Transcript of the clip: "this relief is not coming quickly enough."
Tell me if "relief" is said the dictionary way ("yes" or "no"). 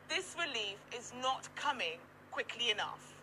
yes